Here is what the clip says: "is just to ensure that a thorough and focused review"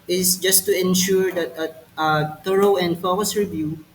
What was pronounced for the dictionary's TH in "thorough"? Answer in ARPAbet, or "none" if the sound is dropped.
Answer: T